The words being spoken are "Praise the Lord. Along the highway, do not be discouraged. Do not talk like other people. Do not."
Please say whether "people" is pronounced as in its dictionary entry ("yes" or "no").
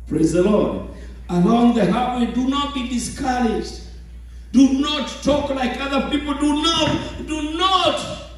no